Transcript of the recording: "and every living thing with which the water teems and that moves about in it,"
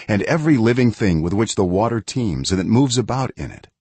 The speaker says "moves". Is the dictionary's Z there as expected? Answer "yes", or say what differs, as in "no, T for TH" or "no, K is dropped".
yes